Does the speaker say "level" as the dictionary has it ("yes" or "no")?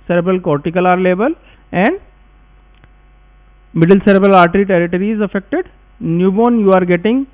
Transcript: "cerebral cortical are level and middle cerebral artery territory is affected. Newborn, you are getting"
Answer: no